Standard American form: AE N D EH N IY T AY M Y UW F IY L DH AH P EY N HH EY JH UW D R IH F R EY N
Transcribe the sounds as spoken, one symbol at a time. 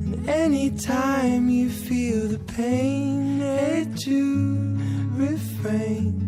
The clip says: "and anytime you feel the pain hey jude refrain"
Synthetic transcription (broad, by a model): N EH N IY T AY M Y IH F IY L DH AH P EY N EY CH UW R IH F R EY N